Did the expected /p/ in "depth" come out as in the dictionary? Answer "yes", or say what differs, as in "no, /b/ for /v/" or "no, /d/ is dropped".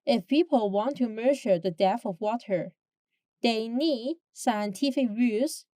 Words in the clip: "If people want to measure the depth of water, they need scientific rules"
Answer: no, /p/ is dropped